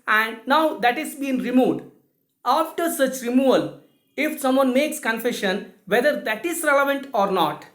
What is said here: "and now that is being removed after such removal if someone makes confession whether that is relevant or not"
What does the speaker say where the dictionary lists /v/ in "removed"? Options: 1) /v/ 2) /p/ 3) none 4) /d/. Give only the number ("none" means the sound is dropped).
3